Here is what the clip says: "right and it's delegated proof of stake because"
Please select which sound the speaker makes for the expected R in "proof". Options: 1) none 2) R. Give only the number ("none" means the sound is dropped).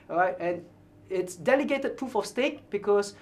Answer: 2